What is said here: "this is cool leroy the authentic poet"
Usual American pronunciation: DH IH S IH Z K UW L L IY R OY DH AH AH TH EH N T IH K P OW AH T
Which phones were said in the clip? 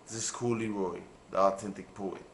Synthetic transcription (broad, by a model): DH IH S K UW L L IY R OY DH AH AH T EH N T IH K P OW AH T